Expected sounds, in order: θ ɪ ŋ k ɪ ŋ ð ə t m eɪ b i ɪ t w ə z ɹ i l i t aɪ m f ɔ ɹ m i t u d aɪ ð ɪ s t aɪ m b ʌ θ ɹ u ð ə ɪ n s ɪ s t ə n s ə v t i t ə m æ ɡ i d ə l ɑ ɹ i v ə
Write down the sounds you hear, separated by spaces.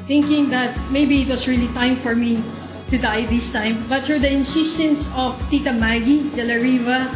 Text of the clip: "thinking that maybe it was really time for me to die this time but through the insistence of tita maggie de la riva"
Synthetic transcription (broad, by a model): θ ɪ ŋ k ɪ ŋ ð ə t m eɪ b i ɪ t w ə s ɹ i l i t aɪ m f ɔ ɹ m i t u d aɪ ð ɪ s t aɪ m b ʌ t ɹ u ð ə ɪ n s ɪ s t ə n s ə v t i t ə m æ ɡ i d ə l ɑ ɹ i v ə